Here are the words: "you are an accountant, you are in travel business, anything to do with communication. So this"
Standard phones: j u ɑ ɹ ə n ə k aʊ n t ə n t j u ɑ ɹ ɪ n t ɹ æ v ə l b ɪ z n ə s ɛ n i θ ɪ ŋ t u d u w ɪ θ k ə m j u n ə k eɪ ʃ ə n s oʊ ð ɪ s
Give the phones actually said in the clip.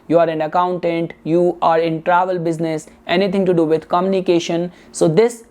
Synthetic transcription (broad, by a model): j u ɑ ɹ ə n ə k aʊ n t ə n t j u ɑ ɹ ɪ n t ɹ æ v ə l b ɪ z n ə s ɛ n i t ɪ ŋ t u d u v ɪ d k ə m j u n ə k eɪ ʃ ə n s oʊ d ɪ s